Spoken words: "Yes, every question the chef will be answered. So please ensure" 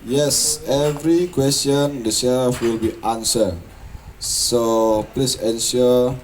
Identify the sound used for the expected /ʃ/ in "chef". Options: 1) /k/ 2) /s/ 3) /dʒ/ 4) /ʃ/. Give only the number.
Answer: 2